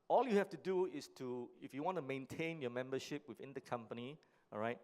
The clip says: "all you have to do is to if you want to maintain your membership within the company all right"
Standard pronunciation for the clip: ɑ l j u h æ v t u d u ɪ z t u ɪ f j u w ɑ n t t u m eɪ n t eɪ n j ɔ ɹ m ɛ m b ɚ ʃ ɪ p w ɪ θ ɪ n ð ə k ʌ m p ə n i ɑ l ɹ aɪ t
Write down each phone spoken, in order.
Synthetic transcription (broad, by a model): ɑ l j u h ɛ f t u d u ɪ s t u ɪ f j u w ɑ n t t u m eɪ n t eɪ n j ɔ m ɛ m b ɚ ʃ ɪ p w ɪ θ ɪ n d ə k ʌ m p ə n i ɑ ɹ aɪ t